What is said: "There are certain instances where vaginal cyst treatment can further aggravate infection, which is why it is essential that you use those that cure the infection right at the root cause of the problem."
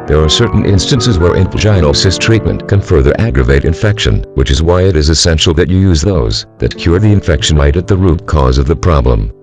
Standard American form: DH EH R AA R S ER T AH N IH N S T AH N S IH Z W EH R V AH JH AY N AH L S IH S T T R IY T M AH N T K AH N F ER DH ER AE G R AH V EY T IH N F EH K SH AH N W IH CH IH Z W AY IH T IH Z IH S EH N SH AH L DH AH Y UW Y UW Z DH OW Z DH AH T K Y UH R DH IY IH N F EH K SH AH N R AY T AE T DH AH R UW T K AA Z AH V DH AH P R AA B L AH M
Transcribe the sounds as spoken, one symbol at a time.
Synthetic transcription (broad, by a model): DH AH R AA R S ER T N IH N S T AH N S IH Z W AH R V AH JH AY AH N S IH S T T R IY T M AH N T K AH N F ER DH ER AE G R AH V EY T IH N F EH K SH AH N W IH CH IH Z W AY IH T IH Z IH S EH N SH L DH AH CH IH Y UW Z DH OW Z DH AH T K Y UH R DH IY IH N F EH K SH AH N R AY T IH T DH AH R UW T K AA Z AH V DH AH P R AA B L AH M